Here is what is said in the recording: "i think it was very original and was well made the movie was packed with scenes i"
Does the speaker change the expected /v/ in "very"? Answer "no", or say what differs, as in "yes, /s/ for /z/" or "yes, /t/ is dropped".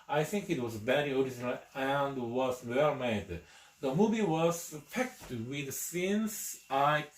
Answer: yes, /b/ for /v/